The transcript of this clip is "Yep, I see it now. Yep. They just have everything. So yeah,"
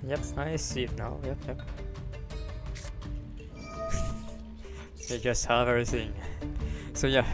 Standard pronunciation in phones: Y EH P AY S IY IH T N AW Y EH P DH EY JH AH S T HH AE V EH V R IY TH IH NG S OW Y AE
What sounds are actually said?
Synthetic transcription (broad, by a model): Y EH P AY S IY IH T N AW Y EH P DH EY JH AH S T HH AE V EH V R IY TH IH NG S OW Y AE